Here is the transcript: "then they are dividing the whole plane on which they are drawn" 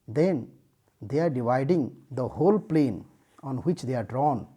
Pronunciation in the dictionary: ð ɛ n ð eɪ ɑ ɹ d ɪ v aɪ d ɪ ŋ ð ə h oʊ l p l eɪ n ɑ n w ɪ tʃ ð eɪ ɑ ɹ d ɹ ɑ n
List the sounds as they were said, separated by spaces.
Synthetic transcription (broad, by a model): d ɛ n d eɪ ɑ ɹ d ɪ v aɪ d ɪ ŋ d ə h oʊ l p l eɪ n ɑ n w ɪ tʃ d eɪ ɑ ɹ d ɹ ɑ n